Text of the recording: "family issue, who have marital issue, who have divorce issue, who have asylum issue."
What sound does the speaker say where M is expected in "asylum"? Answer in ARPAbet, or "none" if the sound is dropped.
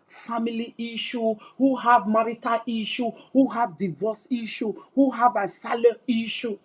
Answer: none